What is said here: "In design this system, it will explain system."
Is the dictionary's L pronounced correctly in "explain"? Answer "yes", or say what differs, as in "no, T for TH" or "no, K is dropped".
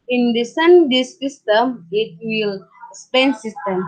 no, L is dropped